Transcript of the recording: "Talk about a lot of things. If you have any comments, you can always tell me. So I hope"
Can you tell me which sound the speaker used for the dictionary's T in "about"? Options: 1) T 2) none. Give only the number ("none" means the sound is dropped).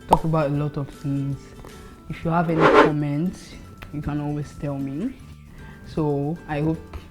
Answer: 1